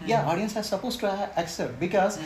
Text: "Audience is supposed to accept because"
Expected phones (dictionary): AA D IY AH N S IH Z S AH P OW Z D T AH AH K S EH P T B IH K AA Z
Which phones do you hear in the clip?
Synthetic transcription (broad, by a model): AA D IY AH N S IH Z S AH P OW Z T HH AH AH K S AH T B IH K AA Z